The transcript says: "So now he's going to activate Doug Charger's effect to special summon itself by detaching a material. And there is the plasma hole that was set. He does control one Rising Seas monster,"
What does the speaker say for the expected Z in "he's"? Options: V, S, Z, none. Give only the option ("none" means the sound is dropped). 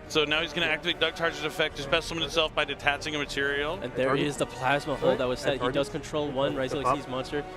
Z